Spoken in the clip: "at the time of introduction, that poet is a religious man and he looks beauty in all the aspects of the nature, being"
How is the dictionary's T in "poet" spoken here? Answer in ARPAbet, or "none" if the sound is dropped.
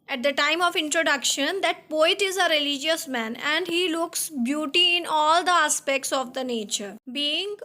T